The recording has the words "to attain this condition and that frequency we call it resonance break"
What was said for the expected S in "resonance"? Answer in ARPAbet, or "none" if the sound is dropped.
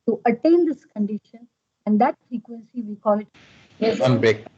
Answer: none